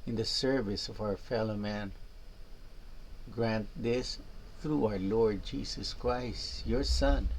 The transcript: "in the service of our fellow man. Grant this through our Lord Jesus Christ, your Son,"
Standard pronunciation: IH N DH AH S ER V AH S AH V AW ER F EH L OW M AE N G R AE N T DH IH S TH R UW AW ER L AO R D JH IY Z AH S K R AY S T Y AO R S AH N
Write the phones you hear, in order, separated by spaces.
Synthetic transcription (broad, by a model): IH N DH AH S ER V AH S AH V AW ER F EH L OW M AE N G R AE N T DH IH S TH R UW AW ER L AO R D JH IY S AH S K R AY S T Y AO R S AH N